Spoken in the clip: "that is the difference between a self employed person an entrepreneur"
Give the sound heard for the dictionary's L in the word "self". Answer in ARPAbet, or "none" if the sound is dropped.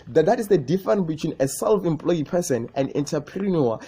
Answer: L